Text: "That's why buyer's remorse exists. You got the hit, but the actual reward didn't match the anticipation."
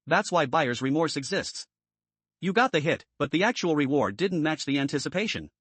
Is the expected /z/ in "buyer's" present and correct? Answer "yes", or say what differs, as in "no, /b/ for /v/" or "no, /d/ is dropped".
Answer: yes